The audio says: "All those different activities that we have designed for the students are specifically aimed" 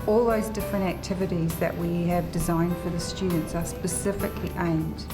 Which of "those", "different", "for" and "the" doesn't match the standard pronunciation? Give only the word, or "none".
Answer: none